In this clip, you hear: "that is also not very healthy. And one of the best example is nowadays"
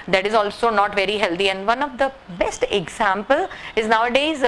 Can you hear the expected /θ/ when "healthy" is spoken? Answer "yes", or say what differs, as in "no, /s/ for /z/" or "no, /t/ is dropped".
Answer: no, /t/ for /θ/